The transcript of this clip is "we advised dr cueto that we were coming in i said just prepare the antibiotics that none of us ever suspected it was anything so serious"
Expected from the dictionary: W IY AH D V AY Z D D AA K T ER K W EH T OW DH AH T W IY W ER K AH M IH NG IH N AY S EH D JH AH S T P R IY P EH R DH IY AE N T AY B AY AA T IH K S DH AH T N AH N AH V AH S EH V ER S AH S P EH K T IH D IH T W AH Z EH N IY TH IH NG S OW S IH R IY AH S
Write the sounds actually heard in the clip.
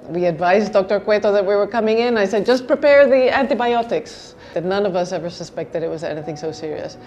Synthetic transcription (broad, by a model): W IY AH D V AY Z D D AA K T ER K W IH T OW DH AH T W IY W ER K AH M IH NG IH N AY S EH D JH AH S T P R IY P EH R DH IY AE N T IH B AY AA T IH K S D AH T N AH N AH V AH S EH V ER S AH S P EH K T IH D IH T W AH Z EH N IY TH IH NG S OW S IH R IY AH S